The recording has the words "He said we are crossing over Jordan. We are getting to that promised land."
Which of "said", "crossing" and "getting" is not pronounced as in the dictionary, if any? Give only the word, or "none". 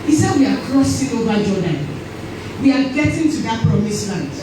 none